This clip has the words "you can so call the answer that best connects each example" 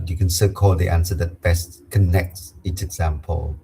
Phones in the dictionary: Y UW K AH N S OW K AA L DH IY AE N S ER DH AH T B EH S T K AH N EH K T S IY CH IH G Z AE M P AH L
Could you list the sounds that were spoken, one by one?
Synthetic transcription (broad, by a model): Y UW K AH N S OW K AA L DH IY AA N S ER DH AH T B EH S T K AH N EH K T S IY S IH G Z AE M P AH L